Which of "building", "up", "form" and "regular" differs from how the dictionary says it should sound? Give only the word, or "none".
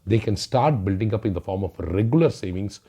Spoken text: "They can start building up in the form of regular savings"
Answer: none